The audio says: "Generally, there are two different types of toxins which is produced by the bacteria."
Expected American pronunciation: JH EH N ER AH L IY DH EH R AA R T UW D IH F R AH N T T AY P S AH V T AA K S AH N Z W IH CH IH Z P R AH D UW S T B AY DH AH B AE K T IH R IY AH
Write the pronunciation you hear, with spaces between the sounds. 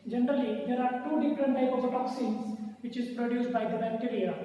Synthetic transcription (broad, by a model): JH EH N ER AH L IY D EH R AA R T UW D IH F R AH N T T AY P AH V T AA K S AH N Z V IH CH IH Z P R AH D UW S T B AY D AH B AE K T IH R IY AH